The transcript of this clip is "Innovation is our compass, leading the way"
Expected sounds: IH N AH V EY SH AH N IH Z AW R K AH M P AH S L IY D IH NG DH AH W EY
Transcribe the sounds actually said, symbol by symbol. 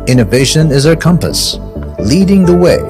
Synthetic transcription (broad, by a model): IH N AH V EY SH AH N IH Z AW R K AH M P AH S L IY D IH NG DH AH W EY